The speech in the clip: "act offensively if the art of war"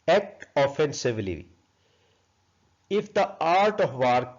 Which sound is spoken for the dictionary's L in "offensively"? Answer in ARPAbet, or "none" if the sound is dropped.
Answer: L